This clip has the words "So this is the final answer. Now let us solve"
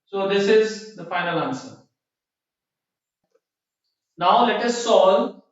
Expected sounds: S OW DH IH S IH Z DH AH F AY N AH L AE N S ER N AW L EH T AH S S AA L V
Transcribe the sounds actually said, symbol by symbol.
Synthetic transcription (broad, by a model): S OW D IH S IH Z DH AH F AY N AH L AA N S ER N AW L EH T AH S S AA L